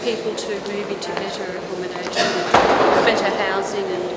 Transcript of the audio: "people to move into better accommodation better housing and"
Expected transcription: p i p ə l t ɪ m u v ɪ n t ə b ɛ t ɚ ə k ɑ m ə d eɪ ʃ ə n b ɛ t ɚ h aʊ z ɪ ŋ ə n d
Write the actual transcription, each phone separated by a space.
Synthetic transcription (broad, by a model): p i p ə l t ɪ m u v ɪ t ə b ɛ t ɚ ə k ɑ m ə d eɪ ʃ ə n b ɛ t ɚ h aʊ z ɪ ŋ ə n